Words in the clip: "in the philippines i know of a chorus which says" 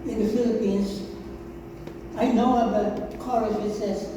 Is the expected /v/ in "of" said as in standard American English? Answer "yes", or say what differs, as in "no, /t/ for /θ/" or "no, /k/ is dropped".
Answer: no, /b/ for /v/